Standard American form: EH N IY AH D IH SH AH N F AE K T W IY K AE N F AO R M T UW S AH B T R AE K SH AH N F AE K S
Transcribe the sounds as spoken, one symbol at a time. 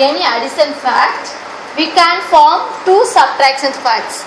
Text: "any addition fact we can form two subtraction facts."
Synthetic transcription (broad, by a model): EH N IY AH D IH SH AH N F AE K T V IY K AE N F AO R M T UW S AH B T R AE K S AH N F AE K S